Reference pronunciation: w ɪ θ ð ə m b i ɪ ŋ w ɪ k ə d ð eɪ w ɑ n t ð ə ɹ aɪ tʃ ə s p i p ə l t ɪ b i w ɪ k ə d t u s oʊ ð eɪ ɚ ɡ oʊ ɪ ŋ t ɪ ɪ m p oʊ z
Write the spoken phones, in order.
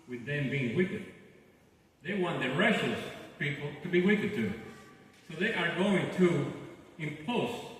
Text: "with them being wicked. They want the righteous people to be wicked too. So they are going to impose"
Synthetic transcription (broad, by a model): w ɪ ð ə m b i ɪ ŋ w ɪ k ə d ð eɪ w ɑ n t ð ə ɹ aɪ ʃ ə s p i p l t ɪ b i w ɪ k ə d t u s oʊ ð eɪ ɚ ɡ oʊ ɪ ŋ t ɪ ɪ m p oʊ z